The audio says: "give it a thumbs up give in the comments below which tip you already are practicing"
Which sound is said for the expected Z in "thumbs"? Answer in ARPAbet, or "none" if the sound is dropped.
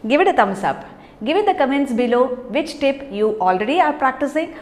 S